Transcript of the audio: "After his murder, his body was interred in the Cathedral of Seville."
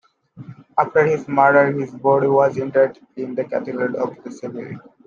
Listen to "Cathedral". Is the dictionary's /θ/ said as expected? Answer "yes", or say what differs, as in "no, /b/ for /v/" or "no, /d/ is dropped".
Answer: no, /t/ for /θ/